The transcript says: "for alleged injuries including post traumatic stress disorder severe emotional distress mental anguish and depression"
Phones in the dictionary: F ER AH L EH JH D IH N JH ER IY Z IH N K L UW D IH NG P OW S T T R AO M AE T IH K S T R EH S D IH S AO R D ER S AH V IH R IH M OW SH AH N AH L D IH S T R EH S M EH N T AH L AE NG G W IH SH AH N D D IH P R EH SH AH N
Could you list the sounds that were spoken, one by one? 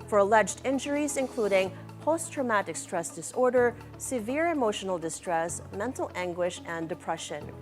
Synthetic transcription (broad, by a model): F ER AH L EH JH D IH N JH ER IY Z IH N K L UW D IH NG P OW S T T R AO M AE T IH K S T R EH S D IH S AO R D ER S AH V IH R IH M OW SH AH N L D IH S T R EH S M EH N T L AE NG G W IH SH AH N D D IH P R EH SH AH N